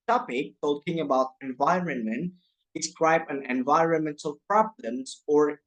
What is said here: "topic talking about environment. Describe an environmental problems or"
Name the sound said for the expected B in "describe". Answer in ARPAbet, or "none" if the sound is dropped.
B